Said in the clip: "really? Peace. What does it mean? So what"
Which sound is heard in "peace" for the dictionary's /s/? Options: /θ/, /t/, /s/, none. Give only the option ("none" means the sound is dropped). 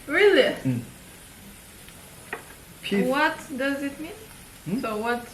none